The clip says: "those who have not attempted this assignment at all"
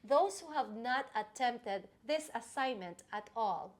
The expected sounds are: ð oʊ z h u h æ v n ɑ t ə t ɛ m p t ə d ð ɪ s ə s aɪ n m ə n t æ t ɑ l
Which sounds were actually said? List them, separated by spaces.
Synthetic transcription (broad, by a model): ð oʊ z h u h æ v n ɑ t ə t ɛ m p t ə d ð ɪ s ə s aɪ n m ə n t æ t ɑ l